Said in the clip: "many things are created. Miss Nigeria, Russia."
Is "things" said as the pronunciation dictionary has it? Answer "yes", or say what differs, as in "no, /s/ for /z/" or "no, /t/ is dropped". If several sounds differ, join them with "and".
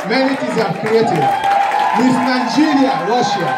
no, /t/ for /θ/ and /ŋ/ is dropped